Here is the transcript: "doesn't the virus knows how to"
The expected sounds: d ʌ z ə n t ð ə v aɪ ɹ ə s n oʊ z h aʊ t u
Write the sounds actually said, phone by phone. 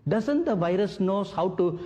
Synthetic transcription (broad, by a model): d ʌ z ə n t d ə v aɪ ɹ ə s n oʊ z h aʊ t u